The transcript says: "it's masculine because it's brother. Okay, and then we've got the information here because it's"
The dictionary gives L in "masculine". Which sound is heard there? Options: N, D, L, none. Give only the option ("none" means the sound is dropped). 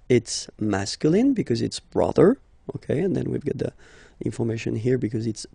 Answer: L